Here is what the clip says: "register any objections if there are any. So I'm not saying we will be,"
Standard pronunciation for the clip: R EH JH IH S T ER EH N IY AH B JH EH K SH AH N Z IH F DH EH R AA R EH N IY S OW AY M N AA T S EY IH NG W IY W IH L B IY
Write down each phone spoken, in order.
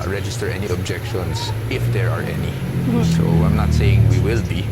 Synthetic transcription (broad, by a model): R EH JH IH S T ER EH N IY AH B JH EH K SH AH N S IH F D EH R AA R EH N IY S OW AY M N AA T S EY IH NG W IY W IH L B IY